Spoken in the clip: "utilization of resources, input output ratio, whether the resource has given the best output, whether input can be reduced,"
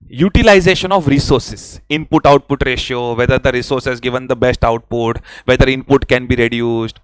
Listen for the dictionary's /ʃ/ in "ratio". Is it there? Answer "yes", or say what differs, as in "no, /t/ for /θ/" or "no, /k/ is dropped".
yes